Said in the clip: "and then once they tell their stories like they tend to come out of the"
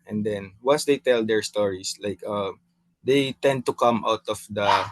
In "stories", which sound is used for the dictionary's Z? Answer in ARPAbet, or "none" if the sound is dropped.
S